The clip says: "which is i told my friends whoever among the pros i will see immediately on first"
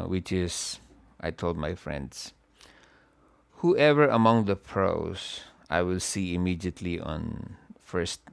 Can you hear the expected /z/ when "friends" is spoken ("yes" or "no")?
no